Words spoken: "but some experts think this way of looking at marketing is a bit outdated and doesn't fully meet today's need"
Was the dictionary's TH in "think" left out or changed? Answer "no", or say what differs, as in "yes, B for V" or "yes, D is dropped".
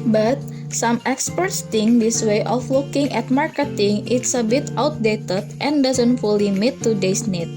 yes, T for TH